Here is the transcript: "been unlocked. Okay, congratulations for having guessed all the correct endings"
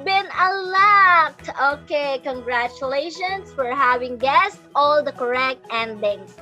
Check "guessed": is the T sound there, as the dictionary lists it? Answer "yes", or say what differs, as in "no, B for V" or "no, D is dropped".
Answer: yes